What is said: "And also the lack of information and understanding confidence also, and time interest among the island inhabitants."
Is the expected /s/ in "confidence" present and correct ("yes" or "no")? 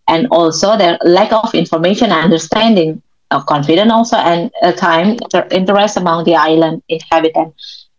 no